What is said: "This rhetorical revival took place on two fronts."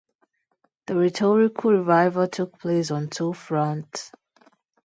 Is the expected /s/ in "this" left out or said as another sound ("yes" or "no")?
yes